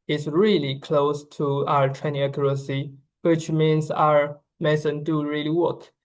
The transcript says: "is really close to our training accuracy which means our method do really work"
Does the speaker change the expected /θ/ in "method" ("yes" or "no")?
yes